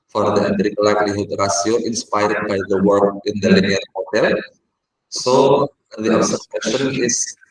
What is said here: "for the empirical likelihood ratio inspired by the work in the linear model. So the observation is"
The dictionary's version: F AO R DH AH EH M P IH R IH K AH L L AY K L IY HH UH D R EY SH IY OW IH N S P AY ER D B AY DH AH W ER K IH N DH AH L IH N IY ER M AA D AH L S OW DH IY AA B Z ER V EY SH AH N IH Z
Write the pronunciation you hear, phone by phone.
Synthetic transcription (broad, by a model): F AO R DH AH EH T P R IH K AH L L AY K L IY HH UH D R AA S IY OW IH N S P AY ER D B AY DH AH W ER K IH N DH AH L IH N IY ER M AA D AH L S OW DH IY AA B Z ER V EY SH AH N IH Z